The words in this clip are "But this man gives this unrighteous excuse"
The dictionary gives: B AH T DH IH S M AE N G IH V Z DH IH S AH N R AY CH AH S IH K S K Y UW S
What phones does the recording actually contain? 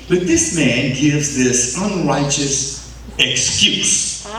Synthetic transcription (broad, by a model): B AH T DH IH S M AE N G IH V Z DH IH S AH N R AY CH AH S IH K S K Y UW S